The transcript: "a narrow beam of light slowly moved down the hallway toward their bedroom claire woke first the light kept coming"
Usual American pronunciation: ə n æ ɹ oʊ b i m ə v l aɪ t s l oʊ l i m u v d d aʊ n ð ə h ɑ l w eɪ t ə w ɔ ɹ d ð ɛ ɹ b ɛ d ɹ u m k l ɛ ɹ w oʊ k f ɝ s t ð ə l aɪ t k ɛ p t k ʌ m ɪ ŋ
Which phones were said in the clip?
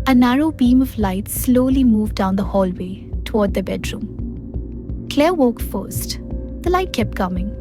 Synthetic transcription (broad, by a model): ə n æ ɹ oʊ b i m ə v l aɪ t s l oʊ l i m u v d d aʊ n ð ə h ɑ l w eɪ t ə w ɔ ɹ d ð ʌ b ɛ d ɹ u m k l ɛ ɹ w oʊ k f ɝ s t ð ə l aɪ t k ɛ p t k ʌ m ɪ ŋ